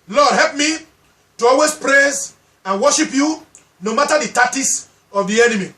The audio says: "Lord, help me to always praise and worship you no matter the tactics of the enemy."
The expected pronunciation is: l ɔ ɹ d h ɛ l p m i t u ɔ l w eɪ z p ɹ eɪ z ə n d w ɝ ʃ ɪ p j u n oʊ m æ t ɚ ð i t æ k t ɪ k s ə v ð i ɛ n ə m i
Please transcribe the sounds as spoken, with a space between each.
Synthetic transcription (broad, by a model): l ɔ d h ɛ l p m i t u ɔ l w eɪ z p ɹ eɪ z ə n w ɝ ʃ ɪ p j u n oʊ m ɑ t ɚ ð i t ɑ t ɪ s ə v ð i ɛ n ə m i